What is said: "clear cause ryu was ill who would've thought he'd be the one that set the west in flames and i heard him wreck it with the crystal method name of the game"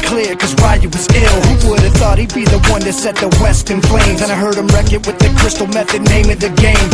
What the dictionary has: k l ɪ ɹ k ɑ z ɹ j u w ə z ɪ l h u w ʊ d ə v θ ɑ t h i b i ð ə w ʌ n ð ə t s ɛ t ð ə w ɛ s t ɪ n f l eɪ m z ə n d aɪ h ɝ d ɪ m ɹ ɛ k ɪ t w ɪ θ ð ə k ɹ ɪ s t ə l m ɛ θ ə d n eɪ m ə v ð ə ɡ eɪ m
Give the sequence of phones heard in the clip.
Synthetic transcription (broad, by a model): k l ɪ ɹ k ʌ z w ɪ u w ə z ɪ l h u w ʊ d ə v θ ɑ t h i b i ð ə w ʌ n ð ə t s ɛ t ð ə w ɛ s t ɪ n p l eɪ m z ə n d aɪ h ɝ d ɪ m ɹ ɛ k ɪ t w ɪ ð ə k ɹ ɪ s t l m ɛ θ ə d n eɪ m ə v ð ə ɡ eɪ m